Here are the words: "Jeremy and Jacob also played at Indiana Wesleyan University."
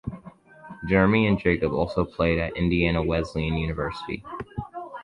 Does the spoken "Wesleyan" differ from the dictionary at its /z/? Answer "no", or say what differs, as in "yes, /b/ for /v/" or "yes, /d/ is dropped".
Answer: no